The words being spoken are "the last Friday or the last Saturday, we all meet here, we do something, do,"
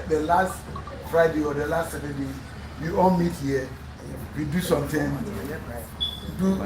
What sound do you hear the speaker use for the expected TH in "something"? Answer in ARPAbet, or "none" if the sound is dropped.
T